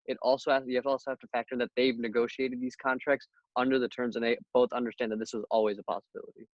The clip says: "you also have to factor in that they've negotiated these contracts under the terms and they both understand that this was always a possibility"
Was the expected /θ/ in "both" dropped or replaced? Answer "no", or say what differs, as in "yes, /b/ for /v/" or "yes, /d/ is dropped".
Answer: no